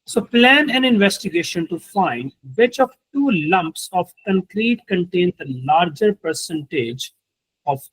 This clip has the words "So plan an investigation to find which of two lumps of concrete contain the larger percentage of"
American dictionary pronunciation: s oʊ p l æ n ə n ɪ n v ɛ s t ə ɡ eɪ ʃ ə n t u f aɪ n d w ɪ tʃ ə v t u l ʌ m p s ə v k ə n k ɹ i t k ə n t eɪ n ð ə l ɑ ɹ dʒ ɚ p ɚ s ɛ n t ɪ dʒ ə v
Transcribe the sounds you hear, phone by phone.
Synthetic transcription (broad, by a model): s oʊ p l æ n ə n ɪ n v ɛ s t ə ɡ eɪ ʃ ə n t u f aɪ n d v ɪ tʃ ə v t u l ʌ m p s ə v k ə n k ɹ i t k ə n t eɪ n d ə l ɑ ɹ dʒ ɚ p ɚ s ɛ n t ɪ dʒ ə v